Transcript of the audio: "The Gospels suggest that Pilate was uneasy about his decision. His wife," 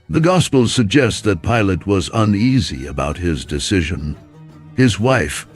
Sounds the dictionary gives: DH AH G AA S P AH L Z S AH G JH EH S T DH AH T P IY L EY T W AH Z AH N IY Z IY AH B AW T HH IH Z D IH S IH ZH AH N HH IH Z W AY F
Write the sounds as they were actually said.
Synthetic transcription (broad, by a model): DH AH G AA S P L S AH G JH EH S T DH AH T P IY L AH T W AH Z AH N IY Z IY AH B AW T HH IH Z D IH S IH ZH AH N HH IH Z W AY F